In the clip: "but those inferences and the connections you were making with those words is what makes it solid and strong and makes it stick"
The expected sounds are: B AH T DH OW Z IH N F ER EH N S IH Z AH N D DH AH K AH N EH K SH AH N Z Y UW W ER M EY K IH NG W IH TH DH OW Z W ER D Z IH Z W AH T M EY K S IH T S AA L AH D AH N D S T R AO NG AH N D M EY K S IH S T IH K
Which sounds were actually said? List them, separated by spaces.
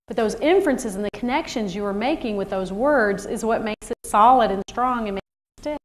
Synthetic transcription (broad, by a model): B AH T DH OW Z IH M F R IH N S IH Z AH N DH AH K AH N EH K SH AH N Z Y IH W ER M EY K IH NG W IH DH OW Z W ER D Z IH Z W AH T M EY K S IH T S AA L AH D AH N S T R AO NG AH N M EY K S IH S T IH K